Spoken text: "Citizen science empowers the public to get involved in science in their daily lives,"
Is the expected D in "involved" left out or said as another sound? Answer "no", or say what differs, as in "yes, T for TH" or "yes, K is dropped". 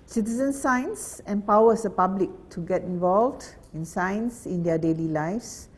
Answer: no